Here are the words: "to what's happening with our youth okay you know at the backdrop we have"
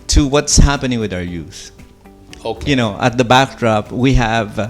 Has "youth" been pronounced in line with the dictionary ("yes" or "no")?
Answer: no